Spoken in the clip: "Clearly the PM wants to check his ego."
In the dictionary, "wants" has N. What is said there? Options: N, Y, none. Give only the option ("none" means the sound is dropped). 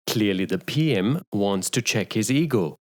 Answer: N